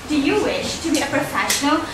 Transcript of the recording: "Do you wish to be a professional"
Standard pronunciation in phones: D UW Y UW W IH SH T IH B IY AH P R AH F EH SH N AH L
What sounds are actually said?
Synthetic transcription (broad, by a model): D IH Y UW W IH SH T IH B IY AH P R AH F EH SH N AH L